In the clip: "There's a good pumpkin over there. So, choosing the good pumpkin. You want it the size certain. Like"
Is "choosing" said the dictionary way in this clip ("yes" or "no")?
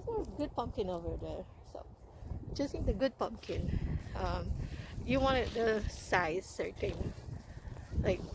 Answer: no